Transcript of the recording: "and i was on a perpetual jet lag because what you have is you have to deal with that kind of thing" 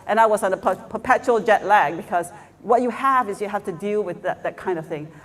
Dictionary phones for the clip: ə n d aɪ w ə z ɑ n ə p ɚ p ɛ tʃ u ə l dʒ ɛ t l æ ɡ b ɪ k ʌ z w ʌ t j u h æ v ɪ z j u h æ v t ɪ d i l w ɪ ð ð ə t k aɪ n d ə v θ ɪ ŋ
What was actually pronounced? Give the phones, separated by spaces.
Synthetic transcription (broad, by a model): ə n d aɪ w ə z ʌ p ə p ɚ p ɛ tʃ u l dʒ ɛ t l æ ɡ b ɪ k ʌ z w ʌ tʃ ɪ h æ v ɪ z j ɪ h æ f t ɪ d i l w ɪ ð ð ə t k aɪ n d ə v θ ɪ ŋ